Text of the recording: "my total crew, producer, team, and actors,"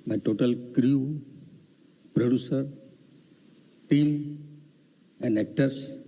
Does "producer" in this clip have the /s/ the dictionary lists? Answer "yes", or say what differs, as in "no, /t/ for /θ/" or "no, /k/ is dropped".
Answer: yes